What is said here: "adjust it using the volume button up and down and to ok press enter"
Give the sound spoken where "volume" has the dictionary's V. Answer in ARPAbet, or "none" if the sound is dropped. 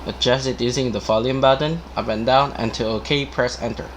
F